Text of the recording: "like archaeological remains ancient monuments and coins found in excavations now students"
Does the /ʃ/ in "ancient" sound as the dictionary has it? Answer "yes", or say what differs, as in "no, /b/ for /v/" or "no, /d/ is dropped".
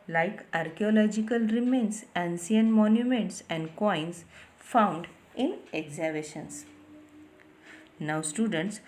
no, /s/ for /ʃ/